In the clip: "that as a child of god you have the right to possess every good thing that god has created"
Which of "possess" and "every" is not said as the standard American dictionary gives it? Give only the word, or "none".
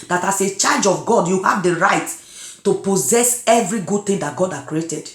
none